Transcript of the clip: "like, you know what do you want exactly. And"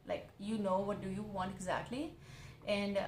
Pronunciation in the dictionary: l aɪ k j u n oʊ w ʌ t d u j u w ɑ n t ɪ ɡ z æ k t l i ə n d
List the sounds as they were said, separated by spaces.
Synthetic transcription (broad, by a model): l aɪ k j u n oʊ w ʌ t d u j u w ɑ n t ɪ ɡ z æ k t l i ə n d